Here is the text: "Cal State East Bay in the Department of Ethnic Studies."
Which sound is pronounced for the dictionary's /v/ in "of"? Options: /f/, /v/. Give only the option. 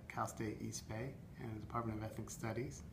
/v/